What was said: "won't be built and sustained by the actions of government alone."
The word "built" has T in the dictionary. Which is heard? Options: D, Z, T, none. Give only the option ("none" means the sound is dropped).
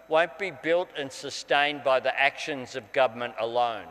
T